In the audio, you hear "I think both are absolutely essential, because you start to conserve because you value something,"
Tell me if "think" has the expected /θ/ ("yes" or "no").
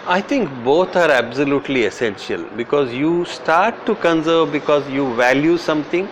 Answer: no